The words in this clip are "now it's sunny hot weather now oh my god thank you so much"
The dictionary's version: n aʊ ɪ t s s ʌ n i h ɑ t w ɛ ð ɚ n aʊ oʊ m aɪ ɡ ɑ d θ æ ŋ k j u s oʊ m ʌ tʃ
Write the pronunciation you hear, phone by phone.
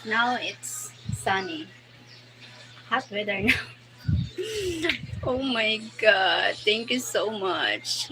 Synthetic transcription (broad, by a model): n aʊ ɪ t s s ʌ n i h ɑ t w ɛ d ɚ n aʊ oʊ m aɪ ɡ ɑ d t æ ŋ k j u s oʊ m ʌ tʃ